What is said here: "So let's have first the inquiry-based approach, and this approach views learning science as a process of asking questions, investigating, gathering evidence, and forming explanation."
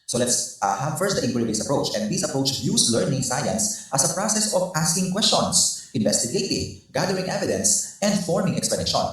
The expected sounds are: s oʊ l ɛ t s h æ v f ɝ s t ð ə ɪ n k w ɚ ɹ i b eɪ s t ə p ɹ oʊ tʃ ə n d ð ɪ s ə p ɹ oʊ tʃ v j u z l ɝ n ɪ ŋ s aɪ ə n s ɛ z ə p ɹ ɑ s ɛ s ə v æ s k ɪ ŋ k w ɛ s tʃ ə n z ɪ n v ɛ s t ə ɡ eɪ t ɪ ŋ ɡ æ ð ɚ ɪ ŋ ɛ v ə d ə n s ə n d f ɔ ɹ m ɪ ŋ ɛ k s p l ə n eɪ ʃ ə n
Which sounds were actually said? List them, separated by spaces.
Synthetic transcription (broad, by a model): s oʊ l ɛ t s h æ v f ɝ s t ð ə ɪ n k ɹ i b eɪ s ə p ɹ oʊ tʃ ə n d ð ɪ s ə p ɹ oʊ tʃ j u s l ɝ n ɪ ŋ s aɪ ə n s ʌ s ə p ɹ ɑ s ɛ s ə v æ s k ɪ ŋ k w ɛ s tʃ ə n s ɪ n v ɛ s t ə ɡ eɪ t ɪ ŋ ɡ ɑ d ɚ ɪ ŋ ɛ v ə d ə n s ə n d f ɔ ɹ m ɪ ŋ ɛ k s p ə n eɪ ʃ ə n